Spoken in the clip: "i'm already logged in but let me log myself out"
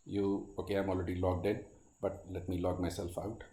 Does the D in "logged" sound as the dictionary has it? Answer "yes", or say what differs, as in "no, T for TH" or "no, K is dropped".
yes